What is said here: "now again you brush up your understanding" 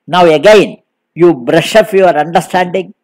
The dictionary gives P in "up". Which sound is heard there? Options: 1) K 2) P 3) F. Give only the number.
3